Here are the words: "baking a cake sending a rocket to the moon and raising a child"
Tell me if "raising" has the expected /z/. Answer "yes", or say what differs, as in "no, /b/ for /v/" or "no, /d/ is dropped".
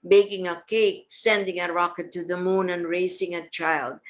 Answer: no, /s/ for /z/